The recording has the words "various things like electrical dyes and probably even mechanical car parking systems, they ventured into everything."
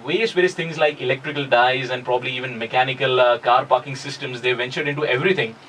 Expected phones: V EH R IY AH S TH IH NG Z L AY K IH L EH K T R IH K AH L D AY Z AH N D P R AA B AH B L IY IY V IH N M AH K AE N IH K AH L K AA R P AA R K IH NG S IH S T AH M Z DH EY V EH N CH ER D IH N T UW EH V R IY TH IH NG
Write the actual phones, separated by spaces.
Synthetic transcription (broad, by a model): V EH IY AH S T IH NG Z L AY K IH L EH K T R IH K AH L D AY Z AH N D P R AA B AH B L IY IY V IH N M AH K AE N IH K AH L K AA R P AA R K IH NG S IH S T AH M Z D EY V EH N CH ER D IH N T UW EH V R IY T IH NG